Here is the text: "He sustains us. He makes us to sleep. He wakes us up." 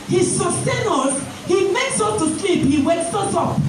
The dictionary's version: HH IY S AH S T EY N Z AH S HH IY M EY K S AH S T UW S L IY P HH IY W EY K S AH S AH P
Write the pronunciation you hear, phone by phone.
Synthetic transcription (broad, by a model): HH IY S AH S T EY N AO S HH IY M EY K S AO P T UW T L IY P HH IY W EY S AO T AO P